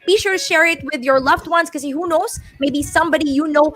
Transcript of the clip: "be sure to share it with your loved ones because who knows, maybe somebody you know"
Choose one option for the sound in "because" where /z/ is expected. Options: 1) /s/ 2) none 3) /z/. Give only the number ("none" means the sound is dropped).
2